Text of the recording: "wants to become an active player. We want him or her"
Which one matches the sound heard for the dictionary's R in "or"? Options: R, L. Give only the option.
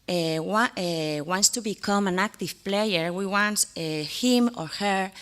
R